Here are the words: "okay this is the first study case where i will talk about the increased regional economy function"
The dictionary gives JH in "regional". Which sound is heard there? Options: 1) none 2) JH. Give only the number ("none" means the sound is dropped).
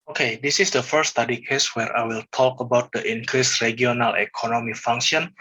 1